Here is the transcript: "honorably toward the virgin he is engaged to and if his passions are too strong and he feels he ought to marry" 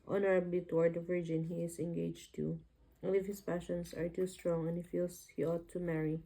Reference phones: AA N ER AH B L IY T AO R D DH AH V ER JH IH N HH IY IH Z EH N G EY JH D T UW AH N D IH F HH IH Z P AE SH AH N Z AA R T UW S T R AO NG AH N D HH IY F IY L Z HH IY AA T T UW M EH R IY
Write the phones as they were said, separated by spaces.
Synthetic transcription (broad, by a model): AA N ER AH B L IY T AO R D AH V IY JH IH N HH IY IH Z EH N G EY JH T UW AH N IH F HH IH S P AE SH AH N S AA R T UW S T R AO NG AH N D HH IY F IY L S HH IY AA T T UW M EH R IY